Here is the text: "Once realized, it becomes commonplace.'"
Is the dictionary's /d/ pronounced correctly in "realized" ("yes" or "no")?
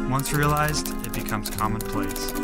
yes